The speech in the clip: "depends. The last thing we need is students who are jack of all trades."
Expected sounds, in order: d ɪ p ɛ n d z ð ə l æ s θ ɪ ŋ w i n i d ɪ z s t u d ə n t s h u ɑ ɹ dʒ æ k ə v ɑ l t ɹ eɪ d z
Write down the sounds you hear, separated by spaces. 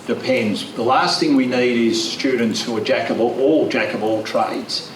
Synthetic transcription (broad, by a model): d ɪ p ɛ n d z ð ə l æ s θ ɪ ŋ w i n i d ɪ z s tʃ u d n t s h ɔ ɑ l dʒ æ k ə b ɑ l t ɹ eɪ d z